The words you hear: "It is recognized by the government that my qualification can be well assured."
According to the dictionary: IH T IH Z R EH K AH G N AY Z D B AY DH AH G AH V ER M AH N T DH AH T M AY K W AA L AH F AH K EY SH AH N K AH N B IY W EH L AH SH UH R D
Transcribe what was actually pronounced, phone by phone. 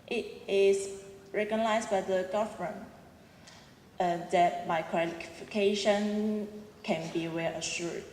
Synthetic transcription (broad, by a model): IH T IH S R EH K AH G N AY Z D B AY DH AH G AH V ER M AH N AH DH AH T M AY K W AA L AH F AH K EY SH AH N K AH N B IY W EH L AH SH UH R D